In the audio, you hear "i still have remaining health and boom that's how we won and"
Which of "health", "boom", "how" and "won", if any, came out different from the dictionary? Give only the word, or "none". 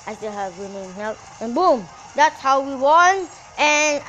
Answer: health